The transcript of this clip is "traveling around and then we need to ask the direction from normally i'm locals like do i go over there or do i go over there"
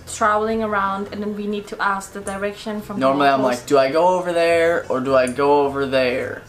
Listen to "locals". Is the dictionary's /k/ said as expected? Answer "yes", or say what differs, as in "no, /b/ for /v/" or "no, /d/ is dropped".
no, /k/ is dropped